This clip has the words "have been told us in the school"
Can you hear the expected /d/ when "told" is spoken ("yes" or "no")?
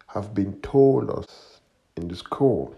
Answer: no